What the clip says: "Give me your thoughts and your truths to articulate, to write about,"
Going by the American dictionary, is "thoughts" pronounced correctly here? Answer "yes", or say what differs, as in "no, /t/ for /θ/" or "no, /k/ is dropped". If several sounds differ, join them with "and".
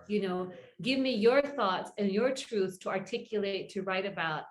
yes